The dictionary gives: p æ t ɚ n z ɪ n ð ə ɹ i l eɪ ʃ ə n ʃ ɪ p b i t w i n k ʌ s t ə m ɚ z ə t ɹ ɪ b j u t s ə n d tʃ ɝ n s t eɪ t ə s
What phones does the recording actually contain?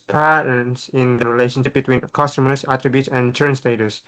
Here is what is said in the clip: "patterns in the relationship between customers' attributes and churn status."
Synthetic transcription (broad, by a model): p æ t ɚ n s ɪ n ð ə ɹ i l eɪ ʃ ə n ʃ ɪ p b i t w i n k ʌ s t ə m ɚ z ə t ɹ ɪ b j u t s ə n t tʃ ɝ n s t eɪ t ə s